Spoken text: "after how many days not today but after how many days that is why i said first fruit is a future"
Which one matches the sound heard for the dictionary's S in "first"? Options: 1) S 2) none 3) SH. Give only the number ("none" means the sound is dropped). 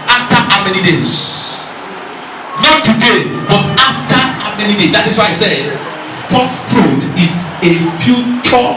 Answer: 2